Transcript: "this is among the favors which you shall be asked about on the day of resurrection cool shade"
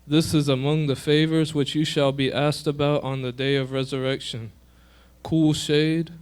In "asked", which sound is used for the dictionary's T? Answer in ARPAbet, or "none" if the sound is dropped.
T